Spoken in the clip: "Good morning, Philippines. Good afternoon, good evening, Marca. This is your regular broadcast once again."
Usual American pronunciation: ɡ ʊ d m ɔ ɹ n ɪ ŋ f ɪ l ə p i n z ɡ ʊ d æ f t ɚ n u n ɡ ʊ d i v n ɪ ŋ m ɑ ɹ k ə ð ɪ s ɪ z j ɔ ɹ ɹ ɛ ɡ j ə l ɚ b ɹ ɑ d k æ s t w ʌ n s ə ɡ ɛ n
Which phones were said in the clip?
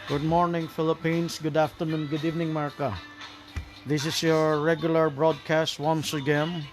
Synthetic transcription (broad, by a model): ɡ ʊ d m ɔ ɹ n ɪ ŋ f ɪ l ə p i n s ɡ ʊ d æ f t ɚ n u n ɡ ʊ d i v n ɪ ŋ m ɑ ɹ k ə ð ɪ s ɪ s j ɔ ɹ ɹ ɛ ɡ j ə l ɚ b ɹ ɑ d k æ s t w ʌ n s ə ɡ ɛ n